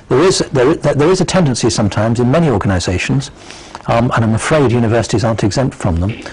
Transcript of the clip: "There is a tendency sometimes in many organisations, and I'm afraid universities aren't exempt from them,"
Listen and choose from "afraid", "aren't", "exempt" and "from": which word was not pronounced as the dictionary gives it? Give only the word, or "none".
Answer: none